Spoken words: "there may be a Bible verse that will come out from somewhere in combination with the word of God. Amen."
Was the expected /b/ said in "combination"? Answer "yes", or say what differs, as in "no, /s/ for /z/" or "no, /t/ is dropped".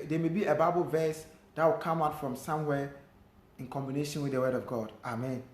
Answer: yes